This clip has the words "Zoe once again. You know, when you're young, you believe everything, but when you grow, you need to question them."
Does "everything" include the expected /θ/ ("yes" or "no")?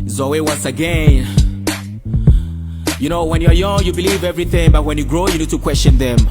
yes